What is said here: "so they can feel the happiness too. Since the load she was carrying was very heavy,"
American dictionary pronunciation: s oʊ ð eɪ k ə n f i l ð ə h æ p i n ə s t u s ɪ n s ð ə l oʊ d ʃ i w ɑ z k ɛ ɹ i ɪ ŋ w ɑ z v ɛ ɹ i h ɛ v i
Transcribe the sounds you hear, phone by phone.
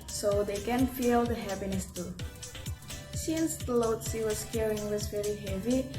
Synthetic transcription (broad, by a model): s oʊ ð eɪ k ə n f i l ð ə h æ p i n ə s t u s ɪ n s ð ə l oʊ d s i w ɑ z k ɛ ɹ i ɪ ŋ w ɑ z v ɛ ɹ i h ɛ v i